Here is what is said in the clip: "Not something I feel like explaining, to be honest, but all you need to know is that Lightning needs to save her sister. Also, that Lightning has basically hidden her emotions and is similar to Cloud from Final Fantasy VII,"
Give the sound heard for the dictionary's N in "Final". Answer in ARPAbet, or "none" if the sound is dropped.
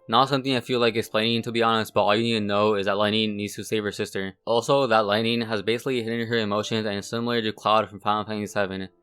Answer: none